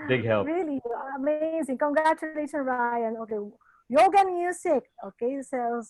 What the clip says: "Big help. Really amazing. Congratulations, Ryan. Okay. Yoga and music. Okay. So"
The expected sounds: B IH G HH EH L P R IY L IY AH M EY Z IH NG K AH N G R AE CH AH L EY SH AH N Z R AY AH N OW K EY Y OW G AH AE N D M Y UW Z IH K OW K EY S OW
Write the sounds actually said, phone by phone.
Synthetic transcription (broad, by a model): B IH G HH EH L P R IY L IY AH M EY Z IH NG K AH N G R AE CH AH L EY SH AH N R AY AH N OW K EY Y OW G AH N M Y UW S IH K OW K EY S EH